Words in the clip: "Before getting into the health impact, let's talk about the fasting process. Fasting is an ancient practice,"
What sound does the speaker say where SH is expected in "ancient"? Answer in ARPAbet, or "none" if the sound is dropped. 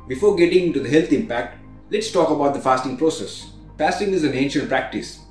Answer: SH